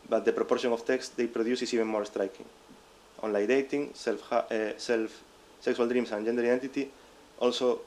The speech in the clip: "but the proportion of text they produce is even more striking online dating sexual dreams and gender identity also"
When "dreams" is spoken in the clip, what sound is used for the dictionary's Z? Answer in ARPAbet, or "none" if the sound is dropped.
S